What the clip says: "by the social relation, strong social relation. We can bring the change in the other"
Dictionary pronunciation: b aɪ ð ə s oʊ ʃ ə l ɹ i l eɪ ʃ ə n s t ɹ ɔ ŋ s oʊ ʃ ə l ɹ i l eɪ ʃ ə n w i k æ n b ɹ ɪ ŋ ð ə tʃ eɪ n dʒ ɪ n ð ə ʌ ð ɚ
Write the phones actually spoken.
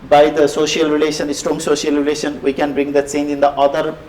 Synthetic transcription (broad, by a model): b aɪ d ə s oʊ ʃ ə l ɹ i l eɪ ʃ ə n s t ɹ ɔ ŋ s oʊ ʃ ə l ɹ i l eɪ ʃ ə n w i k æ n b ɹ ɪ ŋ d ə s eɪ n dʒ ɪ n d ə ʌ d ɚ